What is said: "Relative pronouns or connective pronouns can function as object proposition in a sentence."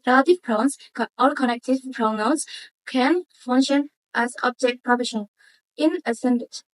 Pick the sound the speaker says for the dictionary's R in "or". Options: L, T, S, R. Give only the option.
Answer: L